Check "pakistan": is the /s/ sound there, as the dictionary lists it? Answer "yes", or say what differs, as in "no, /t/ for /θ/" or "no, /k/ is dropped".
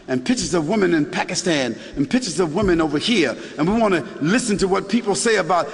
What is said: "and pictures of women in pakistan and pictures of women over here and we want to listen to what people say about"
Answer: yes